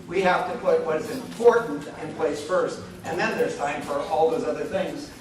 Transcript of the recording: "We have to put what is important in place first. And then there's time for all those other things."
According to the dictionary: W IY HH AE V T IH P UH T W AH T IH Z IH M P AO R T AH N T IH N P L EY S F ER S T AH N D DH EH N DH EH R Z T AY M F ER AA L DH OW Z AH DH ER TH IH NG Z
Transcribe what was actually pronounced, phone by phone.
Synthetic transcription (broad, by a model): W IY HH AE F T IH P UH T W AH T IH Z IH M P AO R T N T IH N P L EY S F ER S T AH N DH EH N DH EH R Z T AY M F ER AA L DH OW Z AH DH ER TH IH NG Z